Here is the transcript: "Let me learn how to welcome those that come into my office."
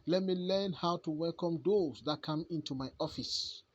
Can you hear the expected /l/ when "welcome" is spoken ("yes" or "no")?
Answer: yes